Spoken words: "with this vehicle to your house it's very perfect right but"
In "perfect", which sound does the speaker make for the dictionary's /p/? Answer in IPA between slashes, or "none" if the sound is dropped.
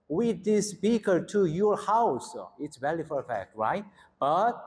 /f/